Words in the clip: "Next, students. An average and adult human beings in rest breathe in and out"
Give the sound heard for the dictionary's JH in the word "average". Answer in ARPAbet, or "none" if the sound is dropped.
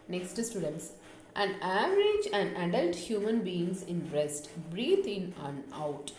JH